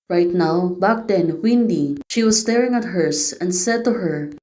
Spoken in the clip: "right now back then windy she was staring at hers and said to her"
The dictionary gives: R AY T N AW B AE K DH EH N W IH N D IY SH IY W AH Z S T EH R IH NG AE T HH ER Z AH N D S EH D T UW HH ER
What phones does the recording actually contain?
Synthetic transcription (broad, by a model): R AY T N AW B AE K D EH N W IH N D IY SH IY W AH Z S T EH R IH NG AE T HH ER S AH N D S EH D T UW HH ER